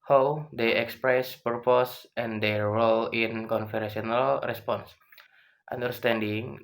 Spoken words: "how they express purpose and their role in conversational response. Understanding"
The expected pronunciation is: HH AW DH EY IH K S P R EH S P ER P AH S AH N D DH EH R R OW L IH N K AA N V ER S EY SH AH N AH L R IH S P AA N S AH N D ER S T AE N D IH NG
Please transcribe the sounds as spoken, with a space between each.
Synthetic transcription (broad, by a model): HH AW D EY IH K S P R EH S P ER P AH S AH N D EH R R OW L IH N K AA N F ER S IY AH N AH L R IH S P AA N S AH N D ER S T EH N D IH NG